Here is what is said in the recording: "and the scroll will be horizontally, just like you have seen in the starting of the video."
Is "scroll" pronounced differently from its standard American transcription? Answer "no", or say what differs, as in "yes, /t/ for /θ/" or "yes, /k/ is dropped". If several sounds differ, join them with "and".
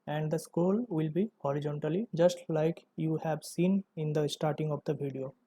yes, /ɹ/ is dropped